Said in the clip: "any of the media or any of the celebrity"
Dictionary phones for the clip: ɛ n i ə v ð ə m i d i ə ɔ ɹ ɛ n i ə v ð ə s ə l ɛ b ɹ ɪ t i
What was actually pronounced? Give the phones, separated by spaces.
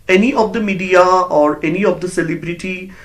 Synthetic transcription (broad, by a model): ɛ n i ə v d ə m i d i ə ɔ ɹ ɛ n i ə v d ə s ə l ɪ b ɹ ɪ t i